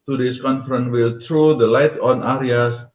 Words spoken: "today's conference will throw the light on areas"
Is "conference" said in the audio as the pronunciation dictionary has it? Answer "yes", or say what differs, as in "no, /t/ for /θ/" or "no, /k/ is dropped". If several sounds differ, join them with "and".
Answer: no, /s/ is dropped